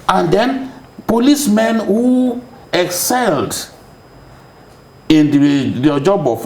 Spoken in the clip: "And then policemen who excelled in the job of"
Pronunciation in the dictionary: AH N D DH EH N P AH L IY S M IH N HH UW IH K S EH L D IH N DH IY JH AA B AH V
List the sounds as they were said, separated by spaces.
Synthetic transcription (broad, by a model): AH N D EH N P AH L IY S M IH N HH UW IH K S EH L D IH N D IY JH AA B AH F